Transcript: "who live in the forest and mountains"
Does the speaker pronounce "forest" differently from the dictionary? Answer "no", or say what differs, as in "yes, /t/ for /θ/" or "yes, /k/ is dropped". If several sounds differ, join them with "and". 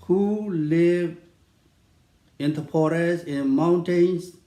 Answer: yes, /p/ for /f/ and /t/ is dropped